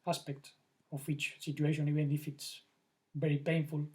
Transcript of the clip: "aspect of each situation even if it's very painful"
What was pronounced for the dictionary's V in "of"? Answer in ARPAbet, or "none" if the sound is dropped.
W